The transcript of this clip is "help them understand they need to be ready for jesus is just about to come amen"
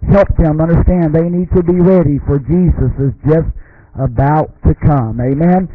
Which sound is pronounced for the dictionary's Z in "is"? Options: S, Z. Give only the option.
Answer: Z